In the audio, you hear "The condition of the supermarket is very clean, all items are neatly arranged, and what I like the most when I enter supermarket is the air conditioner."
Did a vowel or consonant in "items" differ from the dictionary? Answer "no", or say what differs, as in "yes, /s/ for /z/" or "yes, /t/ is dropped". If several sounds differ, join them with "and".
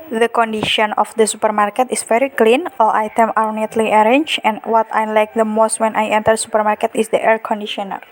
yes, /z/ is dropped